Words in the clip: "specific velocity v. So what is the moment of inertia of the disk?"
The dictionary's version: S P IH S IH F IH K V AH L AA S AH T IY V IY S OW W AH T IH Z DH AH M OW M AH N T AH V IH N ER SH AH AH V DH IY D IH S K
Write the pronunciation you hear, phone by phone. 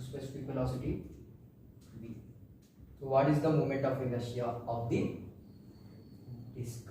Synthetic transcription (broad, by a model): S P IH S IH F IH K F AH L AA S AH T IY B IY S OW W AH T IH Z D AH M OW M AH N T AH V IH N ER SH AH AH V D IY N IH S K